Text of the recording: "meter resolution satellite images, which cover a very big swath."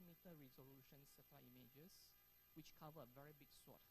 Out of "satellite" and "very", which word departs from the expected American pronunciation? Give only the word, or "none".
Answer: satellite